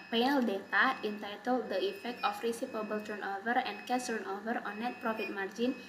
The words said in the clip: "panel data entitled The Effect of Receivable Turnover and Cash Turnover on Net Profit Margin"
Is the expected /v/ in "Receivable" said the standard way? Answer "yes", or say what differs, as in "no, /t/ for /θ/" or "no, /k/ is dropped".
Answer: no, /p/ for /v/